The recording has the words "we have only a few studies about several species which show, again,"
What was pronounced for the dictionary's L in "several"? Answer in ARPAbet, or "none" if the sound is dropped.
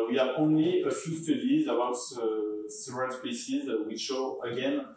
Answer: N